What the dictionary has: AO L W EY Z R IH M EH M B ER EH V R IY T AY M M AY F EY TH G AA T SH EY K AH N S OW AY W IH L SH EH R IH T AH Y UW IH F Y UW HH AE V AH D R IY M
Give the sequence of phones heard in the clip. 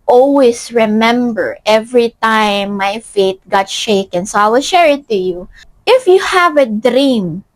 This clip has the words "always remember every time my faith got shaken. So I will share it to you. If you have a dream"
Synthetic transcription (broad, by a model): AO L W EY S R IH M EH M B ER EH V R IY T AY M M AY F EY T G AA T SH EY K AH N S OW AY W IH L SH EH R IH T AH Y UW IH F Y UW HH AE V AH D R IY M